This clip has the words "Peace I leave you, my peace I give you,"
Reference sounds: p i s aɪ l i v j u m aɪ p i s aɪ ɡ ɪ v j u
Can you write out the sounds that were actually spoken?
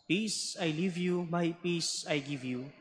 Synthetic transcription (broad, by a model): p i s aɪ l i v j u m aɪ p i s aɪ ɡ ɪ v j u